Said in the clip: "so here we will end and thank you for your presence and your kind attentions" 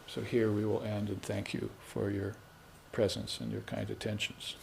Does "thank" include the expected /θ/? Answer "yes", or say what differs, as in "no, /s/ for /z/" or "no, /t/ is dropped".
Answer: yes